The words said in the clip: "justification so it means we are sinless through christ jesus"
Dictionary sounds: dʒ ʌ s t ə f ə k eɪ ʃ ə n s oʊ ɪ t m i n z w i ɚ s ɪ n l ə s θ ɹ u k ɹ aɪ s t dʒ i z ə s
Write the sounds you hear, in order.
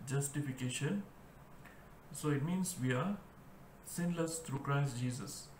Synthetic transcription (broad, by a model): dʒ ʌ s t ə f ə k eɪ ʃ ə n s oʊ ɪ t m i n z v i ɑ s ɪ n l ə s t ɹ u k ɹ aɪ s t dʒ i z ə s